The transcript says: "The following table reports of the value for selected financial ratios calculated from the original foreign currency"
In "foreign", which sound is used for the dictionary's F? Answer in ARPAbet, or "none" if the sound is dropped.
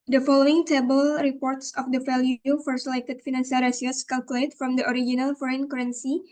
F